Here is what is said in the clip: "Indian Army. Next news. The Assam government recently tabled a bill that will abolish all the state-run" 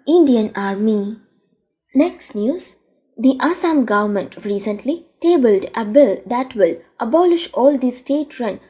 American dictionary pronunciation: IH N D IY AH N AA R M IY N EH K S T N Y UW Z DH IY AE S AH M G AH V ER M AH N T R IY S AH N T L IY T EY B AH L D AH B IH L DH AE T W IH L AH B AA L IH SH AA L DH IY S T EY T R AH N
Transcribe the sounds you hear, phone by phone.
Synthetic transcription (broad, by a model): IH N D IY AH N AA R M IY N EH K S T N Y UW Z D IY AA S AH M G AH V ER M AH N T R IY S AH N T L IY T EY B AH L D AH B IH L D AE T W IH L AH B AA L IH SH AA L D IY S T EY T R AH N